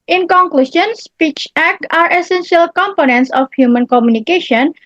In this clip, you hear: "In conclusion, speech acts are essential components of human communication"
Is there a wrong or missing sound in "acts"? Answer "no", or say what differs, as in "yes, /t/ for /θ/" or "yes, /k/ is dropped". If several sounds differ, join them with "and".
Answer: yes, /s/ is dropped